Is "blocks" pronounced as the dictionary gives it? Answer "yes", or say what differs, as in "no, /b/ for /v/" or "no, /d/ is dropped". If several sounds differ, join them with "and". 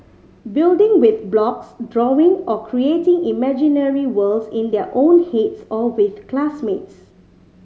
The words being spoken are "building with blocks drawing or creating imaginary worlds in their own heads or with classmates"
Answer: yes